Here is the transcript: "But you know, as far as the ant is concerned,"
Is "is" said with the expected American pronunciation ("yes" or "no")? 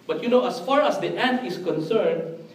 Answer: no